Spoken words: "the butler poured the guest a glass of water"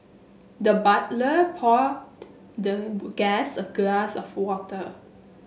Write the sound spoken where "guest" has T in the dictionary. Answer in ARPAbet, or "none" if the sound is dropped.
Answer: none